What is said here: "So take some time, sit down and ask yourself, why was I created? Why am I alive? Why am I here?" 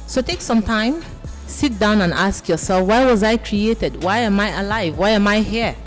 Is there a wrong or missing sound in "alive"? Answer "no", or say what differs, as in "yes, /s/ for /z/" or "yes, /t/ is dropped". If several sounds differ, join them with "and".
no